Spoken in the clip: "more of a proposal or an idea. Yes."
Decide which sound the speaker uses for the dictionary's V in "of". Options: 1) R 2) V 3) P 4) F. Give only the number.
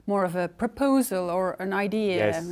2